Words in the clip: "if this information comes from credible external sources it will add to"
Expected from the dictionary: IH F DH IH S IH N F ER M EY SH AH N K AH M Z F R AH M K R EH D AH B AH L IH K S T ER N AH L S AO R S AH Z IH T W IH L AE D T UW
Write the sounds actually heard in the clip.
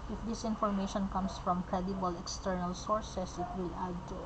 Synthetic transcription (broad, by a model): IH F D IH S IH N F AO M EY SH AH N K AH M S F R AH M K R EH D AH B AH L IH K S T ER N AH L S AO R S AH S IH T W IH L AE D T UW